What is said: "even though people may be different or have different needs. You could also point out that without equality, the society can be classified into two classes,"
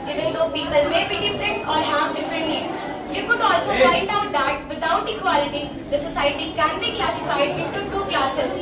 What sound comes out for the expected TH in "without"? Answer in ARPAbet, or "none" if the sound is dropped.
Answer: T